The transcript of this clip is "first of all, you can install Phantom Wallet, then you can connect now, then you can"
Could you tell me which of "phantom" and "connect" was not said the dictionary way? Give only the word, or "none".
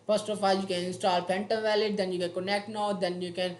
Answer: phantom